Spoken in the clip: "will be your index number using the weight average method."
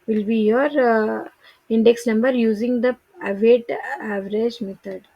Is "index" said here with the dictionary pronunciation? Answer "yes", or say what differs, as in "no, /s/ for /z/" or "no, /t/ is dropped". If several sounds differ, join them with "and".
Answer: yes